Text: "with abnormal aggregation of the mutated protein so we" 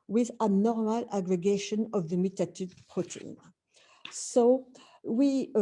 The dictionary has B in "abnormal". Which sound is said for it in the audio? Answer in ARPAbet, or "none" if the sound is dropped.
none